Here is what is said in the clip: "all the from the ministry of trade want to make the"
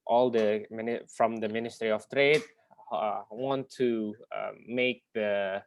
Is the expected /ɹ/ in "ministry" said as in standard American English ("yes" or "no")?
yes